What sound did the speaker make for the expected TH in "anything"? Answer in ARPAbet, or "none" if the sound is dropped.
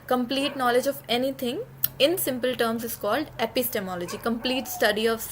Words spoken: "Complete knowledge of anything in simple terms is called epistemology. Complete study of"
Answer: T